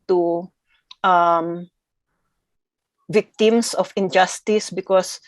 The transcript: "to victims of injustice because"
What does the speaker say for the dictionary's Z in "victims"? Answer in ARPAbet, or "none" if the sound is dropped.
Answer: S